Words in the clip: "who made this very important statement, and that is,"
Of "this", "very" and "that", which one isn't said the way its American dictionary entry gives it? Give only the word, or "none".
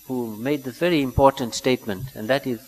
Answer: this